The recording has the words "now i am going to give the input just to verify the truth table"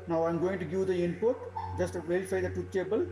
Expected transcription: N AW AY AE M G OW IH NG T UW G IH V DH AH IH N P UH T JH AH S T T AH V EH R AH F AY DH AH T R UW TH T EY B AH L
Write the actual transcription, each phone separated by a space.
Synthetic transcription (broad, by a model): N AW AY M G OW IH NG T UW G IH V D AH IH N P UH T JH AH S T T V EH R AH F AY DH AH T UW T EY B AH L